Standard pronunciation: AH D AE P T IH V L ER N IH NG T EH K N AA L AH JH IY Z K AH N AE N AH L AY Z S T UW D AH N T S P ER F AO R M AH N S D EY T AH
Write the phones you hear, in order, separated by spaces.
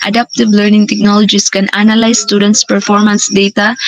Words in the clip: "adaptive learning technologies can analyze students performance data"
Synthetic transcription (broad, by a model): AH D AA P T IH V L ER N IH NG T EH K N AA L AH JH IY S K AH N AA N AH L AY S T UW D AH N T S P ER F AO R M AH N S D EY T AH